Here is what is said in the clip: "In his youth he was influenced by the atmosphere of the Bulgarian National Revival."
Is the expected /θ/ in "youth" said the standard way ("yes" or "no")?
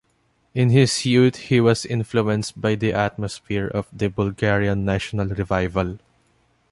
no